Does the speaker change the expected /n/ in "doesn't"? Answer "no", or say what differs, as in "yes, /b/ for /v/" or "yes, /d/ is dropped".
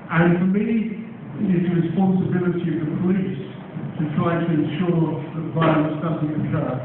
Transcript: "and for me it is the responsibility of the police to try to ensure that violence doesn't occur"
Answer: yes, /n/ is dropped